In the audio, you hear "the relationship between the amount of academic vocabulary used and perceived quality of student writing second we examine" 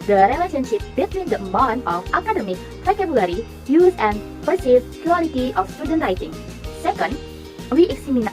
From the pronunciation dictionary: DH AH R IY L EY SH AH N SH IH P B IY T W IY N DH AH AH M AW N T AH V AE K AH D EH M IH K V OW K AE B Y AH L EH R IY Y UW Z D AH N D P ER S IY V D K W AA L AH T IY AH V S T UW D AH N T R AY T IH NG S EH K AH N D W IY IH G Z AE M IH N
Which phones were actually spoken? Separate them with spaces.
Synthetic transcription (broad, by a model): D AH R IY L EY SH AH N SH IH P B IY T W IY N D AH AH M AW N AH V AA K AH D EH M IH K F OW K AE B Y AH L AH R IY Y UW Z AH N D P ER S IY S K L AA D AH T IY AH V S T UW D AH N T R AY T IH NG S EH K AH N D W IY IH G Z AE M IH N